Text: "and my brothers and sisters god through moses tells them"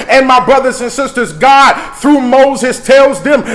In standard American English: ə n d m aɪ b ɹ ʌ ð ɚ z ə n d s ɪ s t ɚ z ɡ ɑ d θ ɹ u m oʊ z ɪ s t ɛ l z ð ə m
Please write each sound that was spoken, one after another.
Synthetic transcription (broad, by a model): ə n m aɪ b ɹ ʌ ð ɚ z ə n s ɪ s t ɚ z ɡ ɑ d θ ɹ u m oʊ z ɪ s t ɛ l z ð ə m